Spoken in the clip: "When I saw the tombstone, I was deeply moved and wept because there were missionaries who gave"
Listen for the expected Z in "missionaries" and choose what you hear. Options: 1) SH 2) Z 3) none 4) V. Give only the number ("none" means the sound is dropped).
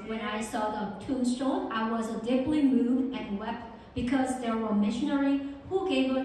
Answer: 3